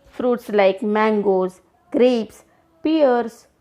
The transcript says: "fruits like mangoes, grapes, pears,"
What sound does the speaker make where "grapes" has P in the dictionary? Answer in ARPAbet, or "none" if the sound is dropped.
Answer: P